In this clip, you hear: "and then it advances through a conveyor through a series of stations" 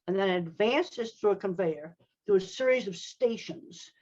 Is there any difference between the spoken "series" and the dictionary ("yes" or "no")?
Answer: no